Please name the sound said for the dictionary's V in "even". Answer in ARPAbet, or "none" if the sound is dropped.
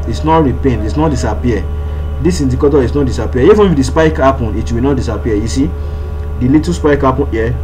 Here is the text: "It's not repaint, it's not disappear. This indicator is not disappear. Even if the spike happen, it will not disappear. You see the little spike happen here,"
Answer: F